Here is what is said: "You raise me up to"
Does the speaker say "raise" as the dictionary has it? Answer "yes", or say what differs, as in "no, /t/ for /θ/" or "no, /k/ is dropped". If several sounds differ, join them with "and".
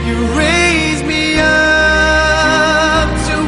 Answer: yes